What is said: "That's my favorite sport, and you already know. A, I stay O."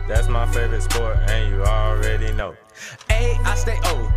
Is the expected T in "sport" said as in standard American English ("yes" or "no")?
no